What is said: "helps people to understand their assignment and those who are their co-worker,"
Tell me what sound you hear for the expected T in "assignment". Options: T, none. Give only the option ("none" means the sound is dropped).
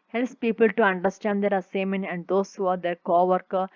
none